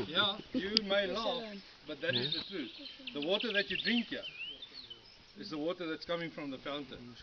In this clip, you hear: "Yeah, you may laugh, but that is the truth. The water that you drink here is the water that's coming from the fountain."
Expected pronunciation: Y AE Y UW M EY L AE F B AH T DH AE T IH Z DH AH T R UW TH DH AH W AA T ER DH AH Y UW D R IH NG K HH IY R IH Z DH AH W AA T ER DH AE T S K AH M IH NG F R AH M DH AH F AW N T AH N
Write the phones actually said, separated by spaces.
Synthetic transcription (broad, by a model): Y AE Y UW M EY L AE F B AH T DH AE T IH Z DH AH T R UW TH DH AH W AA T ER DH AH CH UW D R IH NG K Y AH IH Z DH AH W AA T ER DH AE T S K AH M IH NG F R AH M DH AH F AW N T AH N